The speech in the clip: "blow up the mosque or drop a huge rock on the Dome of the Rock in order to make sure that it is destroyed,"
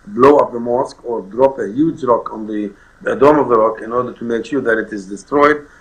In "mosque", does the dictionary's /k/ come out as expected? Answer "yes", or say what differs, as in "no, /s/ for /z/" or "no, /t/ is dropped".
yes